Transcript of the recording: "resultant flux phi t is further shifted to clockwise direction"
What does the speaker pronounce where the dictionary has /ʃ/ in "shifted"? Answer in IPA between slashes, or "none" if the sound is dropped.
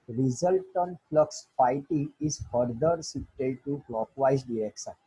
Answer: /s/